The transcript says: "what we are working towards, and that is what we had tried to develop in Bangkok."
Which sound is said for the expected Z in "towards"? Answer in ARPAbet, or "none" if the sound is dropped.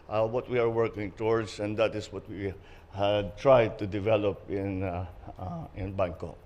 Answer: S